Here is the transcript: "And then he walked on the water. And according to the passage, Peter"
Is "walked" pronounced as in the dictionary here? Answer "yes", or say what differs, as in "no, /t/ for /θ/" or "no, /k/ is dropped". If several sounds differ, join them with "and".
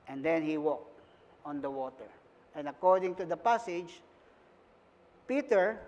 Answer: yes